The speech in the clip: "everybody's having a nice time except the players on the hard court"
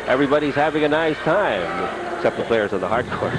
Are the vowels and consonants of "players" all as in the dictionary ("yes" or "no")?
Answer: yes